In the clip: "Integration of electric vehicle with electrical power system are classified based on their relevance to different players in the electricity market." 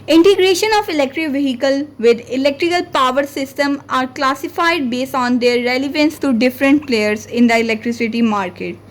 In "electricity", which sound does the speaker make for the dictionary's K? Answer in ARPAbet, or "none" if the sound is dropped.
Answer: K